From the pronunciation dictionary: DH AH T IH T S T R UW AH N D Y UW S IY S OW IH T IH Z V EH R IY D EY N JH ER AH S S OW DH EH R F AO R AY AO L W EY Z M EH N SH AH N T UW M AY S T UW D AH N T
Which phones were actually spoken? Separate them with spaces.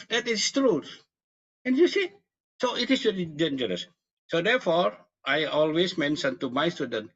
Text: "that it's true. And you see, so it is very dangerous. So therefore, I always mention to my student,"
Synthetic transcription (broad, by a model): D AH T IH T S T R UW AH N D Y UW S IY S OW IH T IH S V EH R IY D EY N JH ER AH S S OW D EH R F AO R AY AO L W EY S M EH N S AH N T UW M AY S T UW D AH N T